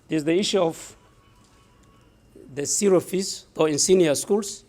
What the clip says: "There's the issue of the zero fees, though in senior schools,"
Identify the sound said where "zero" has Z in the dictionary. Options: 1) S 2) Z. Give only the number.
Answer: 1